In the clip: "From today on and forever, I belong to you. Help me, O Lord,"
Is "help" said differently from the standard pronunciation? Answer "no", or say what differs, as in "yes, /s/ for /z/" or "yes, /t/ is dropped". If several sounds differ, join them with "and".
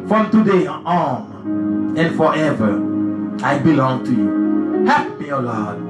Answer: yes, /l/ is dropped